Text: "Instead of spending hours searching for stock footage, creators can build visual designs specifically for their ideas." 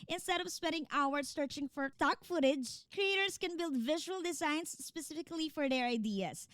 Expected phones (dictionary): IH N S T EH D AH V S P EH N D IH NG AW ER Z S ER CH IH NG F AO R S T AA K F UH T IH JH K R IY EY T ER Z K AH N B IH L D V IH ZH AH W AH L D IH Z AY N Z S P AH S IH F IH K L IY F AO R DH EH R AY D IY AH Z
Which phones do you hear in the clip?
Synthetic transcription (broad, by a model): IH N S T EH D AH V S P EH N D IH NG AW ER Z S ER CH IH NG F AO R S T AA K F UH T IH JH K R IY EY T ER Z K AH N B IH L D V IH ZH AH W AH L D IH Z AY N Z S P AH S IH F IH K L IY F AO R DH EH R AY D IY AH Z